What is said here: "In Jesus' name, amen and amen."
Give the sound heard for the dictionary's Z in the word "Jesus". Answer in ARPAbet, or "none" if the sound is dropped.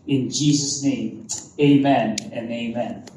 Z